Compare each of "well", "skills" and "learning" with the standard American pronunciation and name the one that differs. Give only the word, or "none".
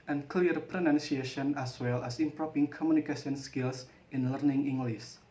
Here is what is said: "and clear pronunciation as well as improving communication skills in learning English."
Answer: skills